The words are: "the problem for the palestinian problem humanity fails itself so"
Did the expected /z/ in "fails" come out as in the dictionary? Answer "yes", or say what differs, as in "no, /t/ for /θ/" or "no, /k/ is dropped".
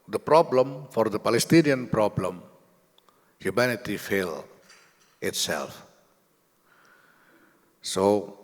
no, /z/ is dropped